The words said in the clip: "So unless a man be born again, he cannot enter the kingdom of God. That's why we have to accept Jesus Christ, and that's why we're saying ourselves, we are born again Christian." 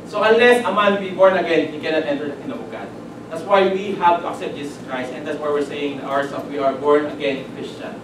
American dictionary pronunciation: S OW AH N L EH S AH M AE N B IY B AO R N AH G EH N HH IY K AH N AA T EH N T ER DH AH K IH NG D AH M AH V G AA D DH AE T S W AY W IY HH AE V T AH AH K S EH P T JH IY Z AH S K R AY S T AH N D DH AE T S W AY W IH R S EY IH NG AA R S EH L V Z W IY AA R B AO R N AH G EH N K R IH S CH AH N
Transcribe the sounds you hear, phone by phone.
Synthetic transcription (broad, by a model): S OW AH N L EH S AH M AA N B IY B AO R N AH G EH N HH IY K AH N AA T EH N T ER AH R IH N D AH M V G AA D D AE T S W AY W IY HH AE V T AH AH K S EH P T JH IY S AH S K R AY S T AH N D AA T S W AY W IH R S EY IH NG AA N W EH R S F W IY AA R B AO R N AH G EH N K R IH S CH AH N